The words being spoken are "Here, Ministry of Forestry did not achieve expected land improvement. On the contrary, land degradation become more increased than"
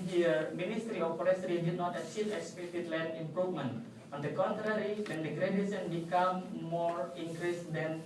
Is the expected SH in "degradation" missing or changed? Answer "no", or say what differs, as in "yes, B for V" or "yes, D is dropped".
yes, S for SH